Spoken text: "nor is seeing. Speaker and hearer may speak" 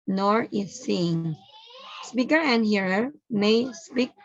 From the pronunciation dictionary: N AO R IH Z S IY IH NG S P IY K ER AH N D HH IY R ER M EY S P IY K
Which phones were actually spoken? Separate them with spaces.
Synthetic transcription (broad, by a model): N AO R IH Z S IY IH NG S P IY K ER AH N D HH IY R ER M EY S P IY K